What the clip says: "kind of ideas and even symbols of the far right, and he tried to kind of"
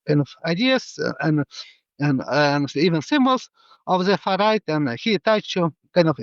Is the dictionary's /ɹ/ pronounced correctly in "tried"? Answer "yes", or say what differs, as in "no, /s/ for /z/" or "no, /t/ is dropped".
no, /ɹ/ is dropped